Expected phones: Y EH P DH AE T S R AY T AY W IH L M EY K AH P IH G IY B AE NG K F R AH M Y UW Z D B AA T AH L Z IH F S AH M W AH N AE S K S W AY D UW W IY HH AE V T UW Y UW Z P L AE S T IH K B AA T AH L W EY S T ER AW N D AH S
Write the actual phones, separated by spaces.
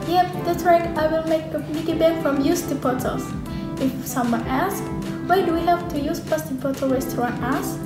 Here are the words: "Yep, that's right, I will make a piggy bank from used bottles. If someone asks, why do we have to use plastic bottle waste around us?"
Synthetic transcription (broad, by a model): Y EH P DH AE T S R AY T AY W IH L M EY K AH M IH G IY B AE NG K F R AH M Y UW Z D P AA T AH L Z IH F S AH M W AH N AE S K W AY D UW W IY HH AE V T UW Y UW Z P AA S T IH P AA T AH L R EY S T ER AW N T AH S